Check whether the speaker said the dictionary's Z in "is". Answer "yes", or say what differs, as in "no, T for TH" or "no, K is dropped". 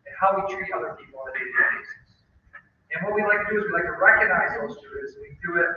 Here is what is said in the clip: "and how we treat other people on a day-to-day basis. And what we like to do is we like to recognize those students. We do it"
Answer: yes